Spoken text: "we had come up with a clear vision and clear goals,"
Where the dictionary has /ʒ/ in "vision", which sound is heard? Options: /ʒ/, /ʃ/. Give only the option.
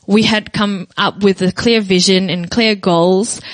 /ʒ/